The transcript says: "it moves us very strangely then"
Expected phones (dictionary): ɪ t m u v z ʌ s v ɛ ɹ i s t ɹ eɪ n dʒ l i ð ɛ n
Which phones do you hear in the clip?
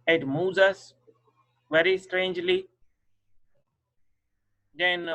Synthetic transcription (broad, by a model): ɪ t m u z ʌ s v ɛ ɹ i s t ɹ eɪ n dʒ l i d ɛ n